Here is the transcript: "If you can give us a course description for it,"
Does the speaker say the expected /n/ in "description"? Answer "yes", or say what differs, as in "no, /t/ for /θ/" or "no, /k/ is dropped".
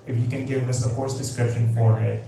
yes